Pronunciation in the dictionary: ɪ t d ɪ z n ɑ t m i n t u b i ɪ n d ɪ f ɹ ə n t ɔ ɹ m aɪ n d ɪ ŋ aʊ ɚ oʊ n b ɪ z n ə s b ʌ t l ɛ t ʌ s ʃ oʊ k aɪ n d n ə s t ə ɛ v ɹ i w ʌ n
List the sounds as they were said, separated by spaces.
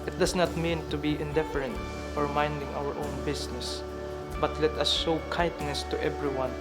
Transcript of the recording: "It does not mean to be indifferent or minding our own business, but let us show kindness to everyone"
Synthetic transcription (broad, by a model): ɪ t d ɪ s n ɑ t m i n t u b i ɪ n d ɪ f ɹ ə n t ɔ ɹ m aɪ n d ɪ ŋ aʊ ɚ oʊ n b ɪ s n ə s b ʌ t l ɛ t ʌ s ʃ oʊ k aɪ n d n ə s t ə ɛ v ɹ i w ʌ n